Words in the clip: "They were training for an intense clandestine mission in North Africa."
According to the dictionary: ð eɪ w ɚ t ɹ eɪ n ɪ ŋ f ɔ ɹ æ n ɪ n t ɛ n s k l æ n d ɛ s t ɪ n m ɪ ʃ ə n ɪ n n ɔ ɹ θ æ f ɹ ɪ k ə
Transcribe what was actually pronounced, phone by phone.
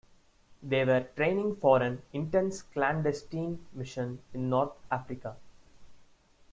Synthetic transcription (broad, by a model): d eɪ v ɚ t ɹ eɪ n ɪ ŋ f ɔ ɹ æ n ɪ n t ɛ n s k l æ n d ɛ s t ɪ n m ɪ ʃ ə n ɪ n n ɔ ɹ t æ f ɹ ɪ k ə